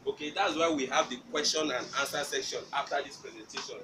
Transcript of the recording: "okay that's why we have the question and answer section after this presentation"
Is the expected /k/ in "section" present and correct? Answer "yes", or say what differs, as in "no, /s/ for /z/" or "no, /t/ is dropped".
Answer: yes